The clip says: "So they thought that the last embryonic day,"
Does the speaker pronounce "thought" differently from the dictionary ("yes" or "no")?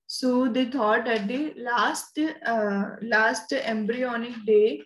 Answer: yes